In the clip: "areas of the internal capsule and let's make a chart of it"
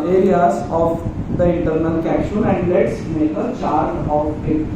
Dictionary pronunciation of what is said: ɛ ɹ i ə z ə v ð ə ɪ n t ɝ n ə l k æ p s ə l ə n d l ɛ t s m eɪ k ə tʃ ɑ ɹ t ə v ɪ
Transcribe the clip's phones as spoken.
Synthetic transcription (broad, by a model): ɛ ɹ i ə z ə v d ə ɪ n t ɝ n ə l k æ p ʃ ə n ə n d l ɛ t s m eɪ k ə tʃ ɑ ɹ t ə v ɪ